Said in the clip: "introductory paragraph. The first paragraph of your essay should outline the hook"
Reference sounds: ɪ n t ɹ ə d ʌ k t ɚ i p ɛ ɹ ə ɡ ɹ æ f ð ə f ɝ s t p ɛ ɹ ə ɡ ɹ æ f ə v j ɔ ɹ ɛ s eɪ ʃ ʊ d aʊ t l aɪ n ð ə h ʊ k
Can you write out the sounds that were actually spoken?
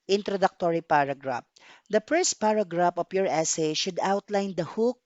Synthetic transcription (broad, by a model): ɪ n t ɹ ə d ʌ k t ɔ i p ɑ ɹ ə ɡ ɹ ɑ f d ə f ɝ s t p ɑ ɹ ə ɡ ɹ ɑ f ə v j ɔ ɹ ɛ s eɪ ʃ ʊ d aʊ t l aɪ n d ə h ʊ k